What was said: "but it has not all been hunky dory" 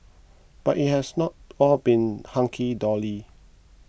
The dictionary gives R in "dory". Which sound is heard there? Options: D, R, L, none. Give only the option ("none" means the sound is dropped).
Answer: L